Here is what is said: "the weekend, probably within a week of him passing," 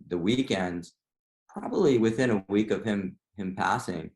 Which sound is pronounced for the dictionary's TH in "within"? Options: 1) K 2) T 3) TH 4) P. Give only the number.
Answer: 3